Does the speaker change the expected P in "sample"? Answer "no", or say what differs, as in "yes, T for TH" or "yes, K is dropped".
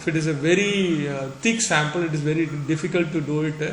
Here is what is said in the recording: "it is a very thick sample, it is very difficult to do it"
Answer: no